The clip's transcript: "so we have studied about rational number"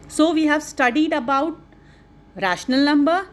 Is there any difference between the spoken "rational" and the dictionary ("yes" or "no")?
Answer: no